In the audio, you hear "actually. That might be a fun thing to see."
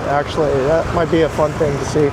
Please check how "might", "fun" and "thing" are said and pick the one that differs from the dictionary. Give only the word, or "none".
none